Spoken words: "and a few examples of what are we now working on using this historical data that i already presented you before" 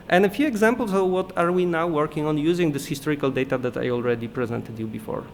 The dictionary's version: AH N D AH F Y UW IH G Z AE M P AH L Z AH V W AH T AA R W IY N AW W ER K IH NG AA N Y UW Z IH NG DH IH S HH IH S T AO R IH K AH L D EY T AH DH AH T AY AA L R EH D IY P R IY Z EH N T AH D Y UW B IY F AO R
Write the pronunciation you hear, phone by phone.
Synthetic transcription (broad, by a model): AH N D AH F Y UW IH G Z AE M P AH L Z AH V W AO T AA R W IY N AW W ER K IH NG AA N Y UW Z IH NG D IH S HH IH S T AO R IH K AH L D EY T AH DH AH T AY AA L R EH D IY P R IY Z EH N T AH D Y UW B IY F AO R